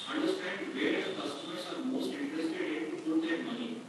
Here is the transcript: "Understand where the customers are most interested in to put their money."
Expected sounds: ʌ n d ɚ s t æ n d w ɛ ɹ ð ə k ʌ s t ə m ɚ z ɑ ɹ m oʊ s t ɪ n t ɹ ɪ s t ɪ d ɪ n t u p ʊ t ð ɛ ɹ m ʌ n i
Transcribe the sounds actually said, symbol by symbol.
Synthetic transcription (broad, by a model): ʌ n d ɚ s t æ n d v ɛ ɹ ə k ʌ s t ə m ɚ s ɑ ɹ m oʊ s t ɪ n t ɹ ɪ s t ɪ d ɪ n t u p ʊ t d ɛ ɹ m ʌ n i